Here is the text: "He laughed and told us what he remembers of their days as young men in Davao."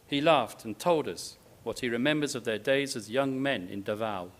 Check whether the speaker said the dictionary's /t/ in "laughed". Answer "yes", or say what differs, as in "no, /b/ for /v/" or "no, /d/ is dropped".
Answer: yes